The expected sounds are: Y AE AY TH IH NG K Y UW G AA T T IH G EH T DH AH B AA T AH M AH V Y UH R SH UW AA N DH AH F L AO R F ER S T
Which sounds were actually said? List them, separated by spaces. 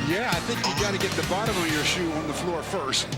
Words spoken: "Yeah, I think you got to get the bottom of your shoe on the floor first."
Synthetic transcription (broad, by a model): Y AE AY TH IH NG K Y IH G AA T T IH G EH T DH AH B AA T AH M AH V Y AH R SH UW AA N DH AH F L AO R F ER S T